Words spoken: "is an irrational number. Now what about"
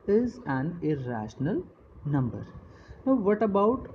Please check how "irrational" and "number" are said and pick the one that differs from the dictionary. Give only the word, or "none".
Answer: none